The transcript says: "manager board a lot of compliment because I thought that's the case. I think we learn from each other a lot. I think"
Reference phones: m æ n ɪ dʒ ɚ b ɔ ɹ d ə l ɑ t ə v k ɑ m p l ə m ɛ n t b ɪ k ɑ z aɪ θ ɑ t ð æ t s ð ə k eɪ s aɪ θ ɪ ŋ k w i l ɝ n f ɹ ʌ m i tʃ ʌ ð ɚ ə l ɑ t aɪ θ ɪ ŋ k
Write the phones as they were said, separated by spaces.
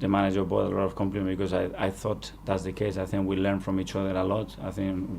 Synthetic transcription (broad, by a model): m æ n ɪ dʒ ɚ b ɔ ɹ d ə l ɑ t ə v k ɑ m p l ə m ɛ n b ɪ k ɑ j aɪ θ ɑ t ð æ t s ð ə k eɪ s aɪ θ ɪ ŋ k w i l ɝ n f ɹ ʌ m i tʃ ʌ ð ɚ ə l ɑ t aɪ θ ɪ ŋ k